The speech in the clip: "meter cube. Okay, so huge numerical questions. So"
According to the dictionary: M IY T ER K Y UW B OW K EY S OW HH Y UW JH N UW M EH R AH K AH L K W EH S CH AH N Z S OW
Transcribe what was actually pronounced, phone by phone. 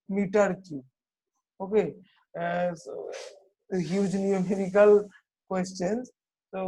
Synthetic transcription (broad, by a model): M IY T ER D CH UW OW K EY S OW HH Y UW JH N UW M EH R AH K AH L K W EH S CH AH N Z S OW